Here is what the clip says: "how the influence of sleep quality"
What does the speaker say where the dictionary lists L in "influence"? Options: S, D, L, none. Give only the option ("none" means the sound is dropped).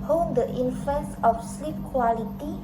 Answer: none